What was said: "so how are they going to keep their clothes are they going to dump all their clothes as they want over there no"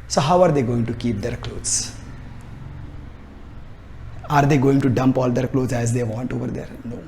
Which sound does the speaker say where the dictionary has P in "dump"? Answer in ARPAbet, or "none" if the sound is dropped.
P